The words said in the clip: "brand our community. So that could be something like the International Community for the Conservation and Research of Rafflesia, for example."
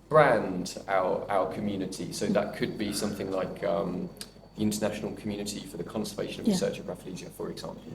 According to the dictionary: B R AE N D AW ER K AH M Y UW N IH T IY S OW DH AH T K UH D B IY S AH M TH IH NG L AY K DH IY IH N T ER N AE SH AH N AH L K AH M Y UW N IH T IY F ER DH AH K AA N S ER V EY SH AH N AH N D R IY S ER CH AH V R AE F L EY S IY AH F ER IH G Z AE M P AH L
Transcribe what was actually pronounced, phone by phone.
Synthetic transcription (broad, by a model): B R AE N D AW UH K AH M Y UW N IH T IY S OW DH AH T K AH D B IY S AH M TH IH NG L AY K DH IY IH N T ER N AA SH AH N AH L K AH M Y UW N IH T IY F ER DH AH K AA N S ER V EY SH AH N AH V R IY S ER CH AH V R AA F L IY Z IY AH F ER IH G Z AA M P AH L